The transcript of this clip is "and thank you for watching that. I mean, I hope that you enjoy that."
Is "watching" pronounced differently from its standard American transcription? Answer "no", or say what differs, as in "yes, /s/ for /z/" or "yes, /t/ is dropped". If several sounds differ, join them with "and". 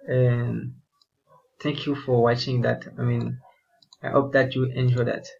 no